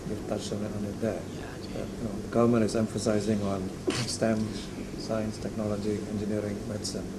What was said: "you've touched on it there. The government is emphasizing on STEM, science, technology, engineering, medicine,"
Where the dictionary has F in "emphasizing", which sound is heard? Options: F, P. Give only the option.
F